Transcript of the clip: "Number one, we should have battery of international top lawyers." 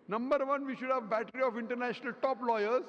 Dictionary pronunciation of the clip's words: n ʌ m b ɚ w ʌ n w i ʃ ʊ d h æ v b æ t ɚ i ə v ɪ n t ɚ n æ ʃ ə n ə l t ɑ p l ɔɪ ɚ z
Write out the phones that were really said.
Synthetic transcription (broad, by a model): n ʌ m b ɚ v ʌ n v i ʃ ʊ d h æ v b æ t ɚ i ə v ɪ n t ɚ n æ ʃ ə n ə l t ɑ p l ɔɪ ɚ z